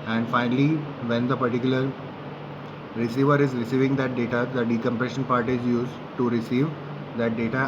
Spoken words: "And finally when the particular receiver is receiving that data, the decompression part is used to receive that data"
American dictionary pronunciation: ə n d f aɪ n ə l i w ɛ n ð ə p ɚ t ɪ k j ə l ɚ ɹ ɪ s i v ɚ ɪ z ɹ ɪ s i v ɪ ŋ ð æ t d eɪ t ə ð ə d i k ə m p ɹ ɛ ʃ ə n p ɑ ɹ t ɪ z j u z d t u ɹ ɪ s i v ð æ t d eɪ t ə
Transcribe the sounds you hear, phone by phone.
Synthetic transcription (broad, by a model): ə n d f aɪ n ə l i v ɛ n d ə p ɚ t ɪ k j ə l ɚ ɹ ɪ s i v ɚ ɪ z ɹ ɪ s i v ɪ ŋ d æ t d eɪ t ə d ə d i k ə m p ɹ ɛ ʃ ə n p ɑ ɹ t ɪ z j u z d t u ɹ ɪ s i v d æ t d eɪ t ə